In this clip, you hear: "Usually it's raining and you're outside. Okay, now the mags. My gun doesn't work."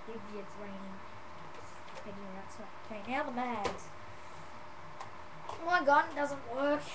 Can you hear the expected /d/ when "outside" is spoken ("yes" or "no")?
no